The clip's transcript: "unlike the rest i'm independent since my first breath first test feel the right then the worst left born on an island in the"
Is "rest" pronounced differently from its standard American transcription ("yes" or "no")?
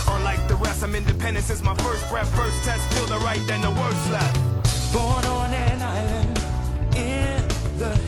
yes